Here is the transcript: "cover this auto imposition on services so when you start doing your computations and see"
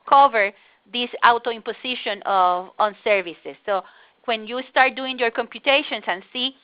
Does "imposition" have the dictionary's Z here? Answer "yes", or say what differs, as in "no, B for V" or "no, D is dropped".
no, S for Z